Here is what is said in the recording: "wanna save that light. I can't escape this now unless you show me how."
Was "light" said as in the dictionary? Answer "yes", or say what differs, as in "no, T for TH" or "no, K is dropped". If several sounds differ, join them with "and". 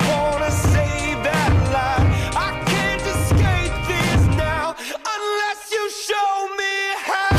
no, T is dropped